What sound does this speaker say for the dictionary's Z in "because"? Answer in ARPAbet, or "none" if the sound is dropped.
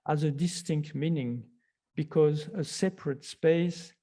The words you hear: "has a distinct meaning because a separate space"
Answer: Z